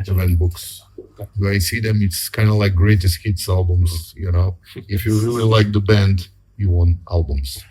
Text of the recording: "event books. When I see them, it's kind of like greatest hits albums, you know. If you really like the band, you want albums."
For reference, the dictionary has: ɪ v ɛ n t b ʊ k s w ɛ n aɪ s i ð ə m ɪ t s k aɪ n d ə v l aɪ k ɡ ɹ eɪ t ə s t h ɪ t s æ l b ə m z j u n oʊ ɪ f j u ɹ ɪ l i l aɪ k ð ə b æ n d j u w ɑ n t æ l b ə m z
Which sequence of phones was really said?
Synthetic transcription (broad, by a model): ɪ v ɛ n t b ʊ k s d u aɪ s i ð ə m ɪ t s k aɪ n d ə l aɪ k ɡ ɹ eɪ t ə s t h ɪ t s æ l b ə m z j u n oʊ ɪ f j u ɹ ɪ l i l aɪ k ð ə b æ n d j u w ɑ n t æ l b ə m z